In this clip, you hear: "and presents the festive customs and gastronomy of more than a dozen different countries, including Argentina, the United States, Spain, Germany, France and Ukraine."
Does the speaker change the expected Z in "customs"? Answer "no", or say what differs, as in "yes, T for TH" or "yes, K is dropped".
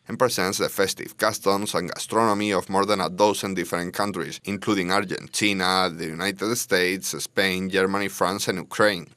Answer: yes, S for Z